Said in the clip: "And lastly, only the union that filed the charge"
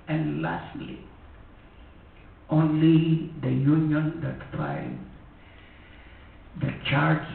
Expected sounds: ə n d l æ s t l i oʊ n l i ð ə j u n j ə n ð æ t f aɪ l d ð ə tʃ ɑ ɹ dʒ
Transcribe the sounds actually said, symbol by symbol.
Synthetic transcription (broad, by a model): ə n d l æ s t l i oʊ n l i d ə j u n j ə n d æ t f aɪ n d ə tʃ ɑ ɹ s